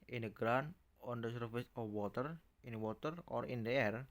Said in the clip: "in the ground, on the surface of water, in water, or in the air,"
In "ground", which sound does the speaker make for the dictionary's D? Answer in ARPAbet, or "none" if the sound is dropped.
none